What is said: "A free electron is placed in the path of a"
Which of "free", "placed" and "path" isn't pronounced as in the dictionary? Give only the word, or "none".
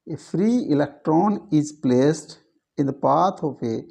path